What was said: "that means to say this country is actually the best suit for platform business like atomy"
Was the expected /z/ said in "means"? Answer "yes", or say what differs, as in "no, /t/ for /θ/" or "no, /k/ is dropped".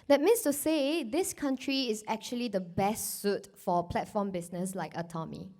no, /s/ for /z/